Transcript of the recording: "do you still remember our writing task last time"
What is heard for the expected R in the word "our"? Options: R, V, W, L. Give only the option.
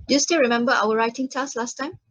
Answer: W